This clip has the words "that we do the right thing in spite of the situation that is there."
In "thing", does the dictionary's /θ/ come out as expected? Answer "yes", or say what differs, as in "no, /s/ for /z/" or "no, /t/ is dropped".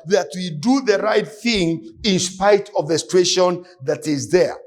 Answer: yes